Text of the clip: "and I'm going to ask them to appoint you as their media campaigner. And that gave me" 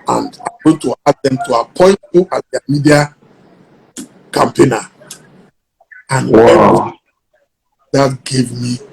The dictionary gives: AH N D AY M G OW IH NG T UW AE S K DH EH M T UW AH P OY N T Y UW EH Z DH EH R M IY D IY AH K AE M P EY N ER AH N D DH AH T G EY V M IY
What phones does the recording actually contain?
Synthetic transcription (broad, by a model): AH N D AY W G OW T UW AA K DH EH M T UW AH P OY N T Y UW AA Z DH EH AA M IY D IY AH K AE M P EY N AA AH N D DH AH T G EY V M IY